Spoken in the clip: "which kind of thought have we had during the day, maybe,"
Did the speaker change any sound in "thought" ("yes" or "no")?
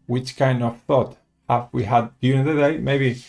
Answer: no